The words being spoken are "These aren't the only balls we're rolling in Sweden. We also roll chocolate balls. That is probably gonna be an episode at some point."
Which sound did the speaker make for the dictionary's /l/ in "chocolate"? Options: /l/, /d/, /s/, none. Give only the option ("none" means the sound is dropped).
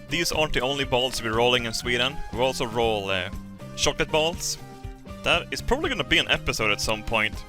none